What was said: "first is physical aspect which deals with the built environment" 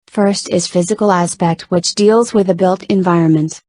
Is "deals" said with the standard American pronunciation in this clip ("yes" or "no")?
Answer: yes